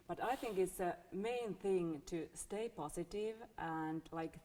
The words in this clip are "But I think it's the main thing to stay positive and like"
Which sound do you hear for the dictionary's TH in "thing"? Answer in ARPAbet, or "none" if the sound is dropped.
TH